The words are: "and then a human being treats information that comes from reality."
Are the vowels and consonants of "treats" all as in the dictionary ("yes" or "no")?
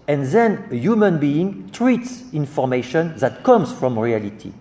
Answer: yes